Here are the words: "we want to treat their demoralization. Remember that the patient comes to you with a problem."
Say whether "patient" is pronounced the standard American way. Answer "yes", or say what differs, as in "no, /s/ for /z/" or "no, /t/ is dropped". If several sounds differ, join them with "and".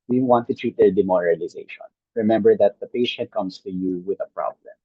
yes